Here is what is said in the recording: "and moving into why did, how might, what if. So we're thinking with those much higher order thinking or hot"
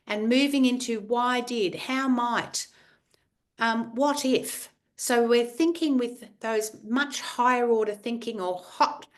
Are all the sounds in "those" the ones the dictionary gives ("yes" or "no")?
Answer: yes